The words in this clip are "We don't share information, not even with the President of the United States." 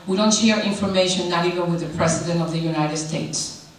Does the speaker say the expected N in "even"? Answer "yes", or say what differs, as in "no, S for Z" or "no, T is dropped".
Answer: no, L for N